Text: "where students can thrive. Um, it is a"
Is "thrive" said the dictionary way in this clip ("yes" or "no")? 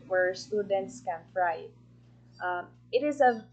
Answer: no